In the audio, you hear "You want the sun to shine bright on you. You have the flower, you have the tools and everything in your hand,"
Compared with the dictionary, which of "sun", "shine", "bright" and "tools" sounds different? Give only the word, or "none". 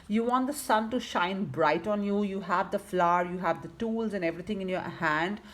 none